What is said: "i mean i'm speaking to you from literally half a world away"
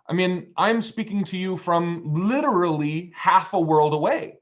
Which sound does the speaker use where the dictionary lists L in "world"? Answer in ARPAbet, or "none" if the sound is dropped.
L